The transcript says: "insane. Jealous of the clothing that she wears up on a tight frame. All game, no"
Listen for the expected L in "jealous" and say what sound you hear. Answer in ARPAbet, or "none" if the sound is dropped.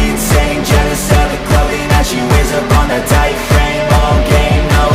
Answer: N